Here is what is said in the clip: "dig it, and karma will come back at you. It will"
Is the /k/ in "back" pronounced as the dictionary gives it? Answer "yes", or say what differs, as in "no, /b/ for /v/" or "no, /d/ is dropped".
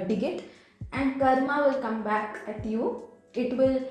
yes